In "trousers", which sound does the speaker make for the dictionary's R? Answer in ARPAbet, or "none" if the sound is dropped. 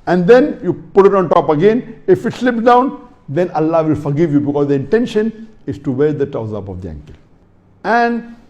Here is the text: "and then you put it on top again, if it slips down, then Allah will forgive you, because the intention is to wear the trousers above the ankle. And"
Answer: none